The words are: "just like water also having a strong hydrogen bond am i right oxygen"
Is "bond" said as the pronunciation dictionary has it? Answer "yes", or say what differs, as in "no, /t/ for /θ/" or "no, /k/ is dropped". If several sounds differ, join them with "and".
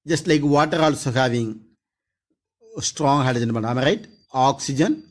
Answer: no, /d/ is dropped